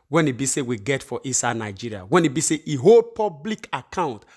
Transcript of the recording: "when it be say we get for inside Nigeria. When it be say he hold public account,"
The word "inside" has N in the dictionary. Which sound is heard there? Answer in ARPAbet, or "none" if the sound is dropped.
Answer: none